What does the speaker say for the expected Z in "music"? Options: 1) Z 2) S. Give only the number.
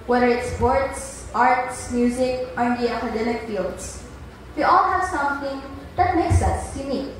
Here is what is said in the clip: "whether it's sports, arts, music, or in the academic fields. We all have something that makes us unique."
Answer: 1